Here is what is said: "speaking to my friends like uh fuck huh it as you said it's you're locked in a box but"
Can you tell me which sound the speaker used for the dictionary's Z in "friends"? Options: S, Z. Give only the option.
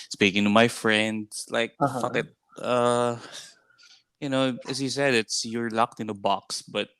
S